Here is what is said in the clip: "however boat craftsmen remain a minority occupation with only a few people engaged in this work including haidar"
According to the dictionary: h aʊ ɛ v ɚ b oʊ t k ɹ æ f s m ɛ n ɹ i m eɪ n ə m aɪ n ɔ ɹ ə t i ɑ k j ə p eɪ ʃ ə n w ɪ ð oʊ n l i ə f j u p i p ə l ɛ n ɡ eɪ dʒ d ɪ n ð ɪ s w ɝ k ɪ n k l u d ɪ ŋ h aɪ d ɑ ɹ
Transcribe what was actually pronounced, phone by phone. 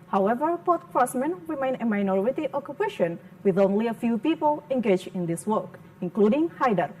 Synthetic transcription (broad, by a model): h aʊ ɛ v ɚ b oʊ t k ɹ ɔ s m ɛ n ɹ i m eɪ n ə m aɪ n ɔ ɹ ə t i ɑ k j ə p eɪ ʃ ə n w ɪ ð oʊ n l i ə f j u p i p ə l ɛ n ɡ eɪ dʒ ɪ n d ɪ s w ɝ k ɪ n k l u d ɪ ŋ h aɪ d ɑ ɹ